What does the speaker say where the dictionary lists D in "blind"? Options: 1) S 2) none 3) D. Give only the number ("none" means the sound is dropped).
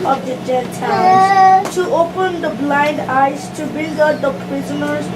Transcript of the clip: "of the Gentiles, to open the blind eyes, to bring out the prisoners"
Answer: 3